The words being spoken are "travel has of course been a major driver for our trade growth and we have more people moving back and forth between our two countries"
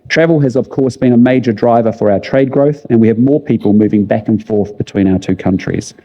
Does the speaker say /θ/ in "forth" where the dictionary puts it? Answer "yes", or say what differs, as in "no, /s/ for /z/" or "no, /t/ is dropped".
yes